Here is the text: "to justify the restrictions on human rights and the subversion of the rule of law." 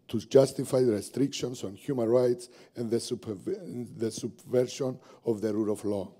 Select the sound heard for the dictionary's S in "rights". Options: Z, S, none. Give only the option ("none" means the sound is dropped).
S